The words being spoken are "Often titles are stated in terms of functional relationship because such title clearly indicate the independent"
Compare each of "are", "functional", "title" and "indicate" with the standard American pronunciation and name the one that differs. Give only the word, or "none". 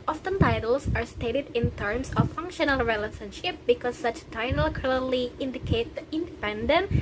none